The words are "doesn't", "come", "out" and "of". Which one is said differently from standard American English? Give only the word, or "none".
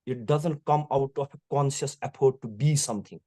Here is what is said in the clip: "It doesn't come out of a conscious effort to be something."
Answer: of